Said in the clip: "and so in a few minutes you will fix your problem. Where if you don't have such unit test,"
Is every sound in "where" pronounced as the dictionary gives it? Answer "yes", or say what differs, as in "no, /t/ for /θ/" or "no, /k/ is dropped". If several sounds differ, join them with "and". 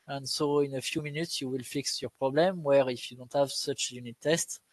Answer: yes